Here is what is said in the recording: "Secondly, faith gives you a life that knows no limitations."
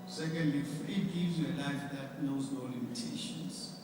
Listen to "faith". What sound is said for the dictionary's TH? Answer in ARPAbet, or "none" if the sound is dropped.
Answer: T